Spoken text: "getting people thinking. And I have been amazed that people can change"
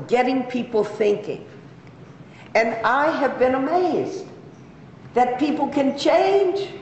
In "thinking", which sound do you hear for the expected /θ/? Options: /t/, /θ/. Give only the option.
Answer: /θ/